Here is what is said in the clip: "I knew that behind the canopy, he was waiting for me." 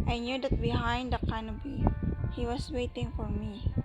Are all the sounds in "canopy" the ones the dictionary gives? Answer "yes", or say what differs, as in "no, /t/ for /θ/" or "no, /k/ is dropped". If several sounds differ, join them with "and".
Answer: no, /b/ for /p/